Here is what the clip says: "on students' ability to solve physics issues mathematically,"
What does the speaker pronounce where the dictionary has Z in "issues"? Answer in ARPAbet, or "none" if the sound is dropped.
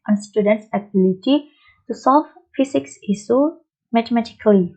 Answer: none